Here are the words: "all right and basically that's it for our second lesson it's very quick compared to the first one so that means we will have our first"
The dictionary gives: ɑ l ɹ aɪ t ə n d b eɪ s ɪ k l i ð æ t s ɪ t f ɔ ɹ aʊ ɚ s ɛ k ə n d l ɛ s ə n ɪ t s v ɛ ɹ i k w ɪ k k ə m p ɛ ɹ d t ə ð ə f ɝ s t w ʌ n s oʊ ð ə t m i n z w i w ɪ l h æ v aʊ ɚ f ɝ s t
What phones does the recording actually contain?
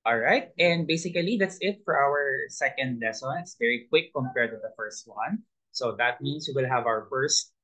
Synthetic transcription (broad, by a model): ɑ l ɹ aɪ t ə n d b eɪ s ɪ k l i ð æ t s ɪ t f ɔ ɹ aʊ ɚ s ɛ k ə n d l ɛ s ə n ɪ t s v ɛ ɹ i k w ɪ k k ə m p ɛ ɹ t ə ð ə f ɝ s t w ʌ n s oʊ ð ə t m i n s w i w ɪ l h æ v aʊ ɚ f ɝ s t